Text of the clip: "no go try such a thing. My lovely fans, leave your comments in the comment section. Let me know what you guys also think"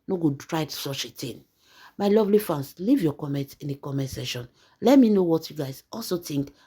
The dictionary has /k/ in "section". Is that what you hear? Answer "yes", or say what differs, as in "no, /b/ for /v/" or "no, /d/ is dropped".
no, /k/ is dropped